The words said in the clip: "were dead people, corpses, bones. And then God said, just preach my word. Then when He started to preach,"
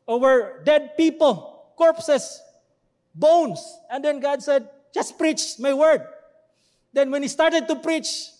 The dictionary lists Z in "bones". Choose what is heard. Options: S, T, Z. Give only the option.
S